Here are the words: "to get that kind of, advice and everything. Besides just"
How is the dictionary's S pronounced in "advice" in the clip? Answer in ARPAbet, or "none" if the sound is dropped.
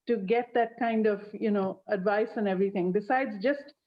S